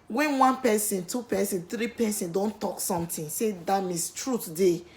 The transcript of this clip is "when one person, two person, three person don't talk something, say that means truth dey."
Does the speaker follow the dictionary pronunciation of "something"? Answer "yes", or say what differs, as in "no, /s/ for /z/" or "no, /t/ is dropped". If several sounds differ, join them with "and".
no, /t/ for /θ/